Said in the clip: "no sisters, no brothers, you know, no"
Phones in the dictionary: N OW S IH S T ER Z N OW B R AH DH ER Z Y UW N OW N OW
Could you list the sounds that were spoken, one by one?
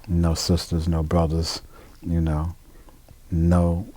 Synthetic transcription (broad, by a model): N OW S IH S T ER Z N OW B R AH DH ER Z Y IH N OW N OW